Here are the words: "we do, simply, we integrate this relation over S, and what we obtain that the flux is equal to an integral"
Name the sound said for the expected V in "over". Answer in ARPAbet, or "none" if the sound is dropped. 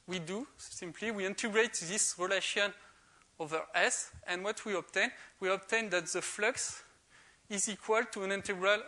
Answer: V